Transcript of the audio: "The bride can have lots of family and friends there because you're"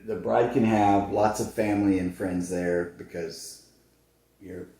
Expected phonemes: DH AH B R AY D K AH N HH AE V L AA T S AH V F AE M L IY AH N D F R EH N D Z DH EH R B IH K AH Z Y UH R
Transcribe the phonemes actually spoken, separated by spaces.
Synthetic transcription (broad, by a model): DH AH B R AY D K AH N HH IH V L AA T S AH V F AE M L IY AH N F R EH N D Z DH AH R B IH K AH Z Y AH R